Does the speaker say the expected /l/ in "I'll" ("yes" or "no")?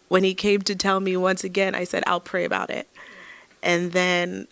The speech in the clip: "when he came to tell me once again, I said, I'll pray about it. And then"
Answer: yes